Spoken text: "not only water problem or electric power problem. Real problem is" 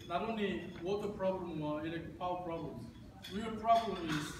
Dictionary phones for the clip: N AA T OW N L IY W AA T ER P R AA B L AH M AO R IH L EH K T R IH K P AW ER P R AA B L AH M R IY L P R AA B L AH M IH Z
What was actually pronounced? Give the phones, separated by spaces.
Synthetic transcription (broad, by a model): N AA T OW N L IY W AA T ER P R AA B L AH M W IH EH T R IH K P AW P R AA B L AH M W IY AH P R AA B L AH M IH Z